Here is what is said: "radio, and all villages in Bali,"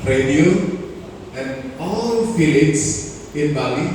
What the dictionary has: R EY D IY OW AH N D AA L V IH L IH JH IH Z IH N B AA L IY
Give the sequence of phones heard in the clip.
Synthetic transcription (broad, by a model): R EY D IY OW AH N D AA L F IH L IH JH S IH N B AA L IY